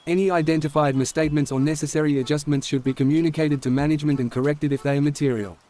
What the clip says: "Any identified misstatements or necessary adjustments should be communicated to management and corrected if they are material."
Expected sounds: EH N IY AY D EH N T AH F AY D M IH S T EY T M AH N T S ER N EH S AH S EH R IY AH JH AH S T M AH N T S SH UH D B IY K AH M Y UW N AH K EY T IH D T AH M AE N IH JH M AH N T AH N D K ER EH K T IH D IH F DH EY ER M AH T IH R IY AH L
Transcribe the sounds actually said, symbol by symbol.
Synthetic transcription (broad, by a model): EH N IY AY D EH N T AH F AY D M IH S T EY T M AH N T S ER N EH S AH S EH R IY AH JH AH S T M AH N T S SH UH D B IY K AH M Y UW N AH K EY T IH D T AH M AE N IH JH M AH N T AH N K ER EH K T IH D IH F DH EY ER M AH T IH R IY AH L